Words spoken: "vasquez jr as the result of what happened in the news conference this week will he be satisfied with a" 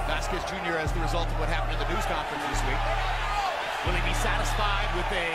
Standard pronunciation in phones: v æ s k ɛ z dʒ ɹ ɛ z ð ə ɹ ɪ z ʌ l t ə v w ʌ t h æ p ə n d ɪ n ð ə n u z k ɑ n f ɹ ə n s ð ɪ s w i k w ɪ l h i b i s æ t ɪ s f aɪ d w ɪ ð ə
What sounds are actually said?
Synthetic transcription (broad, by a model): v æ s k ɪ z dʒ ɹ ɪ z ð ə ɹ ɪ z ʌ l t ə v w ʌ t h æ p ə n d ɪ n ð ə n u z k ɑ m f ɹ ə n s ð ɪ s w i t w ɪ l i b i s æ t ɪ s f aɪ d w ɪ ð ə